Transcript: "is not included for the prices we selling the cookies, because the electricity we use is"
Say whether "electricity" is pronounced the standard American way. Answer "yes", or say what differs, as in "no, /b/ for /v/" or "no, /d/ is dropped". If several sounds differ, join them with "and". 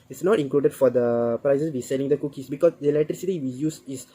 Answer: no, /k/ is dropped